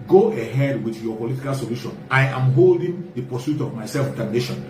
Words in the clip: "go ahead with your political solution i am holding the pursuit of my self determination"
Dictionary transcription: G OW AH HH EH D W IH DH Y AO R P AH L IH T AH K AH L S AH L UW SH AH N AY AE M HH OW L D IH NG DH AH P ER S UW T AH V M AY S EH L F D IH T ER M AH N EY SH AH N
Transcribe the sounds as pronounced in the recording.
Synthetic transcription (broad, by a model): G OW AH HH EH D W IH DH Y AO P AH L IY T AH K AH L S AH L UW SH AH N AY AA M HH OW L D IH NG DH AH P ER S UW T AH V M AY S EH L F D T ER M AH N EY SH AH N